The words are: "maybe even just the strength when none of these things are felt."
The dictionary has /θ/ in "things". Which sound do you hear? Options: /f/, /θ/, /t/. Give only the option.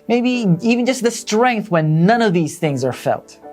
/θ/